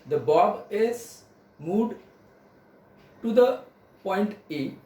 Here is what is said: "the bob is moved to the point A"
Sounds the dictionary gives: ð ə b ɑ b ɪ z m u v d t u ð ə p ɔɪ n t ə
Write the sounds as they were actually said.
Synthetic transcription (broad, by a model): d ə b ɑ b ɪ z m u d t u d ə p ɔɪ n t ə